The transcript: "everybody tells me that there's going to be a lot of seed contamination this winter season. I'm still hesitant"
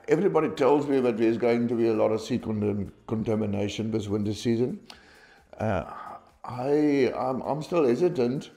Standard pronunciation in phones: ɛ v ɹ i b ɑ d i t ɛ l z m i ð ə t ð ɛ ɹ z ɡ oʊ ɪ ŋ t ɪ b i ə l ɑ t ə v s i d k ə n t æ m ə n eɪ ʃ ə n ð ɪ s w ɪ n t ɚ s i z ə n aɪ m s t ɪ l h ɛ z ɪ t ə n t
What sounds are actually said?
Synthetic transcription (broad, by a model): ɛ v ɹ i b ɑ d i t ɛ l z m i ð ə t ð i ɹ z ɡ oʊ ɪ ŋ t ɪ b i ə l ɑ t ə v s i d k ə n t æ m ə n eɪ ʃ ə n ð ɪ s w ɪ n t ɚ s i z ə n aɪ m s t ɪ l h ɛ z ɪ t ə n t